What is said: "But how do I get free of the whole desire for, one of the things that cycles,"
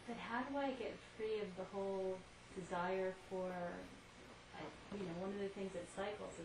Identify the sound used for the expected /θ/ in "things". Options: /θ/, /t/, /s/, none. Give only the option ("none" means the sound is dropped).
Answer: /θ/